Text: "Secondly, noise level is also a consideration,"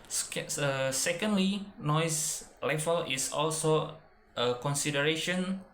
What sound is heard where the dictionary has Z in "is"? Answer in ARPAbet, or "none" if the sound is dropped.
S